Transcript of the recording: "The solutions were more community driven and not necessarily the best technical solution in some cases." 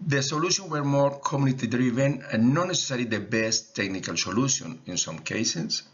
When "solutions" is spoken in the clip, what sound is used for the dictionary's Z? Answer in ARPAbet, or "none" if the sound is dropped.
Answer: none